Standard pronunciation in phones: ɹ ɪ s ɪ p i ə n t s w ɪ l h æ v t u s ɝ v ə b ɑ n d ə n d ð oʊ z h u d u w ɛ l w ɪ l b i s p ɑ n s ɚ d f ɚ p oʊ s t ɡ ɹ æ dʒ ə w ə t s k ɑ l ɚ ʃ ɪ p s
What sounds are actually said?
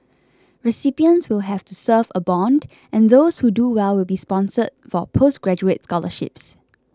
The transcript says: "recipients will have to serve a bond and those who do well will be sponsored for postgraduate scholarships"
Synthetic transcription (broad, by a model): ɹ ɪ s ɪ p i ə n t s w ɪ l h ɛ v t u s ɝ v ə b ɑ n d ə n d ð oʊ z h u d u w ɛ l w ɪ l b i s p ɑ n s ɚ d f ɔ p oʊ s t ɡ ɹ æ dʒ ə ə t s k ɑ l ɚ ʃ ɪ p s